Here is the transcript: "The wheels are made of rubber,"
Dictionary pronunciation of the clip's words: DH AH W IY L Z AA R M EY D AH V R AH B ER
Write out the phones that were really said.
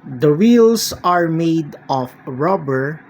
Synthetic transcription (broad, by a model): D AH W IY L S AA R M EY D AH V R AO B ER